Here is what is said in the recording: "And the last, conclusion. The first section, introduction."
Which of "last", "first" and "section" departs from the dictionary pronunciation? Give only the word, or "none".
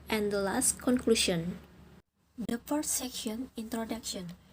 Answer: first